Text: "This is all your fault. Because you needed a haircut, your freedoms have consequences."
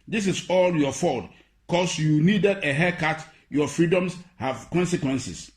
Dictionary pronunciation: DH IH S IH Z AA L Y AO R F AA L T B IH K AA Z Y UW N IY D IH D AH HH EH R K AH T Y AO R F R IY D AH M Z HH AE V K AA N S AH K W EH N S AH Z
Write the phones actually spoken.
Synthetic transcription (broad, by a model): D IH S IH S AA L Y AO F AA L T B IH K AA S Y UW N IY D IH D AH HH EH K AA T Y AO F R IY D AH M S HH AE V K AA N S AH K W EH N S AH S